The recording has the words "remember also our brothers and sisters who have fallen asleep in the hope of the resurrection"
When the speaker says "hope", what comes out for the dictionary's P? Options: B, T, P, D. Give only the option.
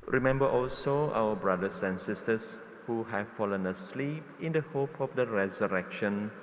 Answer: P